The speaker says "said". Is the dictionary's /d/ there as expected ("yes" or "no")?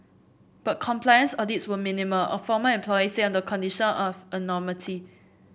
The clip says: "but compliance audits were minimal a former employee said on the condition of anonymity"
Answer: no